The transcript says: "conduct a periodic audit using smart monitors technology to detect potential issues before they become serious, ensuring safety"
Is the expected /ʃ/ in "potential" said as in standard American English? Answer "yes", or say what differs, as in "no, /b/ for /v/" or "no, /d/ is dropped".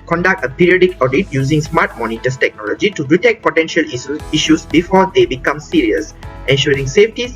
yes